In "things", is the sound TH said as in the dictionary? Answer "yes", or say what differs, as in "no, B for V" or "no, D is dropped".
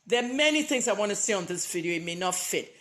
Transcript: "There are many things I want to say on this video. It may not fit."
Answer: yes